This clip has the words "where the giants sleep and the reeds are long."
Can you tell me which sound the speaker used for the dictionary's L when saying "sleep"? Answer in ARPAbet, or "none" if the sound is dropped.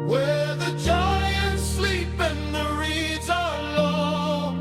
L